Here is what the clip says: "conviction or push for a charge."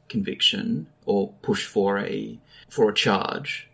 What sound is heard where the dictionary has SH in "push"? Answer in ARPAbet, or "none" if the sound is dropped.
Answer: SH